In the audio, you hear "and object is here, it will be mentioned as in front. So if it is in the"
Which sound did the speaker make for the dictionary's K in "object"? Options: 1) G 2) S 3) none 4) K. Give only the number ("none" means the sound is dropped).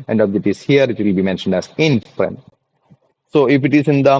3